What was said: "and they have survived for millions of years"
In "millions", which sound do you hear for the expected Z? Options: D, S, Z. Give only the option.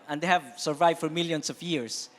S